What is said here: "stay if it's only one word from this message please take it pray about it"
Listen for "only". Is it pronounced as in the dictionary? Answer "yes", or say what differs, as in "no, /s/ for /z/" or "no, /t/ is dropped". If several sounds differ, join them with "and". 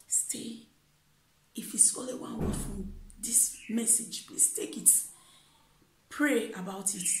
no, /n/ is dropped